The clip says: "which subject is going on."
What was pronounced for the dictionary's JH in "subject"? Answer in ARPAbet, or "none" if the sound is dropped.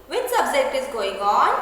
Z